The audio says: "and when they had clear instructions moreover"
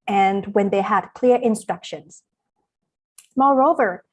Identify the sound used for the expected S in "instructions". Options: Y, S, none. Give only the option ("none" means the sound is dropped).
S